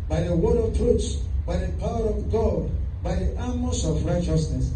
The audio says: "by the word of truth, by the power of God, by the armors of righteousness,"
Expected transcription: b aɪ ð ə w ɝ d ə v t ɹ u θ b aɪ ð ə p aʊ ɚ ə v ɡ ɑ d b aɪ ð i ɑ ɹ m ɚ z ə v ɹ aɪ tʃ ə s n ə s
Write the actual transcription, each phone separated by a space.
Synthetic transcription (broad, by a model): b aɪ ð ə w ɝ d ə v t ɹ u s b aɪ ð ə p aʊ ɚ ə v ɡ ɑ d b aɪ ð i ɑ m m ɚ s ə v ɹ aɪ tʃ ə s n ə s